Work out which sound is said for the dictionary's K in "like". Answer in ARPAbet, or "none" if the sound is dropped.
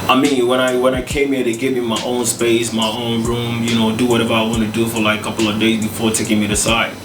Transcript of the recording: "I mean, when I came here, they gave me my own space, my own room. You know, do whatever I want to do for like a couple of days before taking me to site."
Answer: none